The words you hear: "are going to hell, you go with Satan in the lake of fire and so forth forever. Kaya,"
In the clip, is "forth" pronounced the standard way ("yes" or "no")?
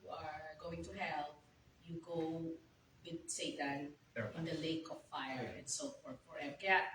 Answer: no